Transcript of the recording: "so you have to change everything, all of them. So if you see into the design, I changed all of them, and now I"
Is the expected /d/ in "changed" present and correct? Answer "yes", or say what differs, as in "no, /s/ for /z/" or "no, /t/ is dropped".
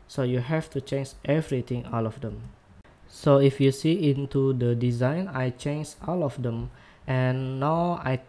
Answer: no, /d/ is dropped